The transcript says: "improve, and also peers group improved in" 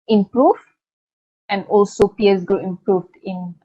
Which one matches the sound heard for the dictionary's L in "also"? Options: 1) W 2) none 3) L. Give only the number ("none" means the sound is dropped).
3